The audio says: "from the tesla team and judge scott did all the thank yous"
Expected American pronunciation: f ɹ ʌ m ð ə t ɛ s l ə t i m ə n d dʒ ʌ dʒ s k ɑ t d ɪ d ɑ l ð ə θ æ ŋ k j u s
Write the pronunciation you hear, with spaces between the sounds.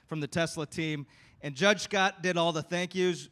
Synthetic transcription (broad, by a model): f ɹ ʌ m ð ə t ɛ s l ə t i m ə n dʒ ʌ dʒ s k ɑ t d ɪ d ɑ l ð ə θ æ ŋ k j u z